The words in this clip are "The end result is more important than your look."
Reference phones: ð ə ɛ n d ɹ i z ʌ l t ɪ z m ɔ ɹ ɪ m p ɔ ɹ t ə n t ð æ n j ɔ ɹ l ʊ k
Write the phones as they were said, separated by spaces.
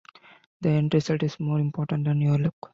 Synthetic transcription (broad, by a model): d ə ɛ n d ɹ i s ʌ t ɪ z m ɔ ɹ ɪ m p ɔ ɹ t ə n t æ n j ɔ ɹ l ʊ k